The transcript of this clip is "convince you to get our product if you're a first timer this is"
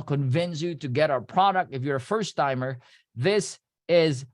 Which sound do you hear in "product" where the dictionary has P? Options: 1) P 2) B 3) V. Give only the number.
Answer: 1